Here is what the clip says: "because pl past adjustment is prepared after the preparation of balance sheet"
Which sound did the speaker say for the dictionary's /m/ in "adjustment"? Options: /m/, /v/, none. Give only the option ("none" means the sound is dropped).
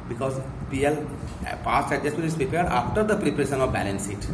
none